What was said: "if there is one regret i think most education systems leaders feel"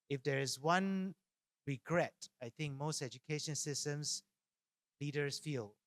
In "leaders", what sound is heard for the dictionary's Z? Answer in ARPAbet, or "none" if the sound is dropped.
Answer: S